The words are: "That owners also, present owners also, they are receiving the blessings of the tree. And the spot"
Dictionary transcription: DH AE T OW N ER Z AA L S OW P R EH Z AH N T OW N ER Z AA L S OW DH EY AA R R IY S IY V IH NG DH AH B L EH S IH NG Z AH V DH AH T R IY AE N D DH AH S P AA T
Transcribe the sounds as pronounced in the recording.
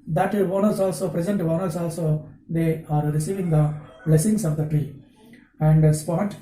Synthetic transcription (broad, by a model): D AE T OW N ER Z AA L S OW P R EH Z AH N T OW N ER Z AA L S OW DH EY AA R R IY S IY V IH NG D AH B L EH S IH NG S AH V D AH T R IY AE N D S P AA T